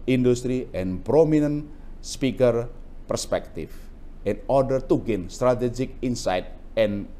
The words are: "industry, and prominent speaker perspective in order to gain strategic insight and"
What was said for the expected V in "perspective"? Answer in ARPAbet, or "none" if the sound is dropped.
F